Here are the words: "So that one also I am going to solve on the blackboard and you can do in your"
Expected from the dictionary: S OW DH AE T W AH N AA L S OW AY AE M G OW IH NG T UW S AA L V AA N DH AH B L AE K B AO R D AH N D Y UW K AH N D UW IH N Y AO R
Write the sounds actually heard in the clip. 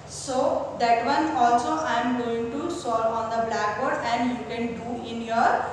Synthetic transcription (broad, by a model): S OW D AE T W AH N AA L S OW AY M G OW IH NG T UW S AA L AA N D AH B L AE K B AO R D AH N D Y UW K AH N D UW IH N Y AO R